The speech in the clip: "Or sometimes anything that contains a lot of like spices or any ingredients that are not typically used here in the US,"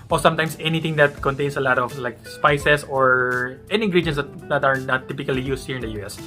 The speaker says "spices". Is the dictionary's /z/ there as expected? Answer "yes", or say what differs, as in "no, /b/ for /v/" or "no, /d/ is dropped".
no, /s/ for /z/